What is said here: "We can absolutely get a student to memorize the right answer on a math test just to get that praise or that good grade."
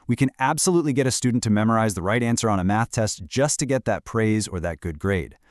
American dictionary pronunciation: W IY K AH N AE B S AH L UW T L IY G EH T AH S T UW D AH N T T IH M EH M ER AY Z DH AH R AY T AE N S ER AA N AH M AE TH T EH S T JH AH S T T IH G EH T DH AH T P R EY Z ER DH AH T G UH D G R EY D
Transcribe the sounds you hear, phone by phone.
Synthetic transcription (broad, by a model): W IY K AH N AE B S AH L UW T L IY G EH T AH S T UW D N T T IH M EH M ER AY Z DH AH R AY T AE N S ER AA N AH M AE TH T EH S T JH AH S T T IH G EH T DH AH T P R EY Z ER DH AH T G UH D G R EY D